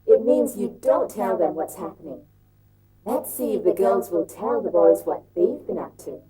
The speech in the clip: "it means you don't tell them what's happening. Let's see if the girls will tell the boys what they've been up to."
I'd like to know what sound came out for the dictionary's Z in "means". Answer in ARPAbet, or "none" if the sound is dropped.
Z